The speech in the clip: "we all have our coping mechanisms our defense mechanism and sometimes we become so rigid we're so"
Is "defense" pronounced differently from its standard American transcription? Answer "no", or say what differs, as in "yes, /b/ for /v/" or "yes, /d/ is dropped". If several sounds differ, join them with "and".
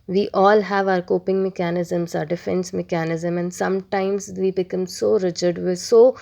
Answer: no